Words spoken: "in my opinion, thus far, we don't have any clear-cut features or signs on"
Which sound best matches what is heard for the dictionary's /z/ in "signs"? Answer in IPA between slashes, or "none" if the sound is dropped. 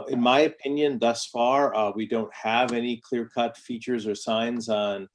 /z/